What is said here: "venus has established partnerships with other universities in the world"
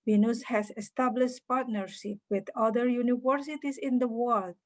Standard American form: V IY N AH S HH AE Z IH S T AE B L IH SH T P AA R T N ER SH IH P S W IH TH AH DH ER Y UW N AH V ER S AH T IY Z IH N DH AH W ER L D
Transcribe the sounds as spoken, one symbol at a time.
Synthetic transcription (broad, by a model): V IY N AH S HH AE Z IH S T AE B L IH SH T P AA R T N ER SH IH P W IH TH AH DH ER Y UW N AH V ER S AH T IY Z IH N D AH W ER L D